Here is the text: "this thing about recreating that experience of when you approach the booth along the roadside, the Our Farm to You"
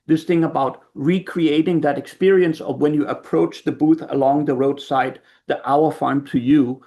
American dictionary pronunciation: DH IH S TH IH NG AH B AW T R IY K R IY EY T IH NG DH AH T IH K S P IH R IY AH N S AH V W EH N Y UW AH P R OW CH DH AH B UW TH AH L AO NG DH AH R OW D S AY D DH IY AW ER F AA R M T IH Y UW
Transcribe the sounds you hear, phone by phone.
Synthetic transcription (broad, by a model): DH IH S TH IH NG AH B AW T R IY K R IY EY T IH NG DH AH T IH K S P IH R IY AH N S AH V W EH N Y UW AH P R OW CH DH AH B UW TH AH L AO NG DH AH R OW D S AY D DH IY AW ER F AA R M T IH Y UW